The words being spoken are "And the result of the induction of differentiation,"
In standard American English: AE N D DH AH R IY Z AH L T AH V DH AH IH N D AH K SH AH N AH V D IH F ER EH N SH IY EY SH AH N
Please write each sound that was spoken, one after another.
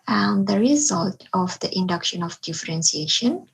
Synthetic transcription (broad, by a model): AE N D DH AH R IY Z AH L T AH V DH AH IH N D AH K SH AH N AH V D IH F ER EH N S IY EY SH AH N